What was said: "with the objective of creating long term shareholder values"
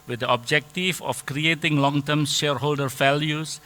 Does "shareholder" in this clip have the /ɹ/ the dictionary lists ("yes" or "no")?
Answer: yes